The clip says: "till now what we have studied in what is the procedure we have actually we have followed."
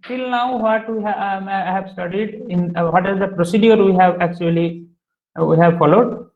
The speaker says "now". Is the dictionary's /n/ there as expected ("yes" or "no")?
yes